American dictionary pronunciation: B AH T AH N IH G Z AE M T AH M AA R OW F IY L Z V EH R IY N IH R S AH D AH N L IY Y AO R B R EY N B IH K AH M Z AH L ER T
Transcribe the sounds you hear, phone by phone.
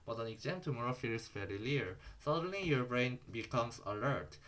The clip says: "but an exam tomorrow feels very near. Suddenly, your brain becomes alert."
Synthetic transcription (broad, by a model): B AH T AH N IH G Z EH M T AH M AA R OW F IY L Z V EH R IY L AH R S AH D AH N L IY Y AO R B R EY N B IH K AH M S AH L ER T